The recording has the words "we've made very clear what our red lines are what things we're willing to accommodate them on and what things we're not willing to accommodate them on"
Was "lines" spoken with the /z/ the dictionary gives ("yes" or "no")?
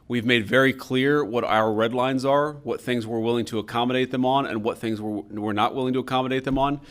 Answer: yes